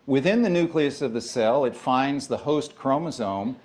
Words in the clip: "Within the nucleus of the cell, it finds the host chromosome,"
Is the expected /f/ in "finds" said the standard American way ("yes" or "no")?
yes